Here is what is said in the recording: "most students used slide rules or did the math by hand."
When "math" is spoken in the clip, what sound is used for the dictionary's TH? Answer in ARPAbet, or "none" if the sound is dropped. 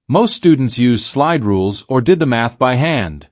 TH